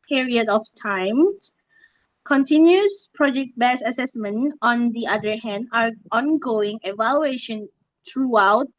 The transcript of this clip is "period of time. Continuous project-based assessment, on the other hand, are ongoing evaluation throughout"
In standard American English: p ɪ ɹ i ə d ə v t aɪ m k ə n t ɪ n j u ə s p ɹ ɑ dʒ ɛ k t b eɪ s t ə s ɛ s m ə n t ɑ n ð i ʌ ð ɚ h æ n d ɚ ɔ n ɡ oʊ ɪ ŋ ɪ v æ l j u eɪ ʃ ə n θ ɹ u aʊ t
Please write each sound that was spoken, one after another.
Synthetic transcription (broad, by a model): p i ɹ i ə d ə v t aɪ m k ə n t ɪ n j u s p ɹ ɑ dʒ ɛ k t b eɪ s ə s ɛ s m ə n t ɑ n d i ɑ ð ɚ h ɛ n d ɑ ɔ n ɡ oʊ ɪ ŋ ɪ v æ l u eɪ ʃ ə n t ɹ u aʊ t